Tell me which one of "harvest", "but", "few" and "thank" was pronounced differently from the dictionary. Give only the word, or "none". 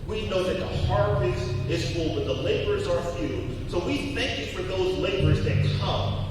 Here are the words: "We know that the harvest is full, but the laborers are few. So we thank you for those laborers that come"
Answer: harvest